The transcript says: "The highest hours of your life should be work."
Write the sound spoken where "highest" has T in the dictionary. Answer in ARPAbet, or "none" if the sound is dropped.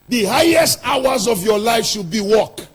T